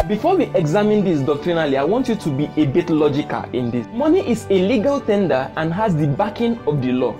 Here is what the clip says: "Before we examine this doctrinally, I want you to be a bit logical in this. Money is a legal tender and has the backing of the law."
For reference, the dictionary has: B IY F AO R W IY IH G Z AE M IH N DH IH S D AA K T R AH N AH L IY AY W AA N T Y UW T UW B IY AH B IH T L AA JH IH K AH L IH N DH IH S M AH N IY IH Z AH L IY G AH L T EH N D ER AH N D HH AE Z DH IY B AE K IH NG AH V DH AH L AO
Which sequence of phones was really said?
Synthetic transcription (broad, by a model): B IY F AO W IY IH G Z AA M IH N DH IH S D AA K T R AH N AH L IY AY W AA N T Y UW T UW B IY AH B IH T L AA JH IH K AH L IH N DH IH S M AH N IY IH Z AH L IY G AH L T EH N D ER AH N HH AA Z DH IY B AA K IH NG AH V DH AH L AO